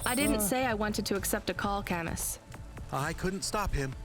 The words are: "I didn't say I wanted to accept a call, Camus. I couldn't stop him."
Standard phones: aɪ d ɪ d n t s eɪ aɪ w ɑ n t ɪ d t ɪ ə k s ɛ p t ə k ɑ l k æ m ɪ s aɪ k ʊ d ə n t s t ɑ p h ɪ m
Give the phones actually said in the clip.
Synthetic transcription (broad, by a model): aɪ d ɪ d n t s eɪ aɪ w ɑ n t ɪ d t ɪ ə k s ɛ p t ə k ɑ l k æ m ɪ s aɪ k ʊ d n t s t ɑ p h ɪ m